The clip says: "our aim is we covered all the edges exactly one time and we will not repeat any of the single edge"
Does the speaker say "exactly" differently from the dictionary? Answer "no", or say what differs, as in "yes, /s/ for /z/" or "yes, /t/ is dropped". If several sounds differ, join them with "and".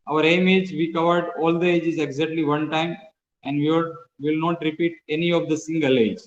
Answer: no